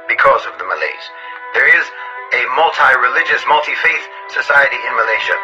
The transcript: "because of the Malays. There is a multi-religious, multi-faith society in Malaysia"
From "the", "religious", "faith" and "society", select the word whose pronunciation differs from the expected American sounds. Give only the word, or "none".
none